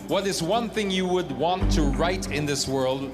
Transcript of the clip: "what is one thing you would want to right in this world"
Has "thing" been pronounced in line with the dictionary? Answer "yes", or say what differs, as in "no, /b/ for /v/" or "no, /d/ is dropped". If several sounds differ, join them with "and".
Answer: yes